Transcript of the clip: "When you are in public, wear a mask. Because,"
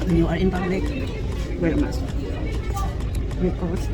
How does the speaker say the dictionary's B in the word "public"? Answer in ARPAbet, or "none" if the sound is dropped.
none